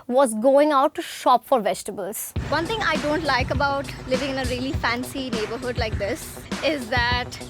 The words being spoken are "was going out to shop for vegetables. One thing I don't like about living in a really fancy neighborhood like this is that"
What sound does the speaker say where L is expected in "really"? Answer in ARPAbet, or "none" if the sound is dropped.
L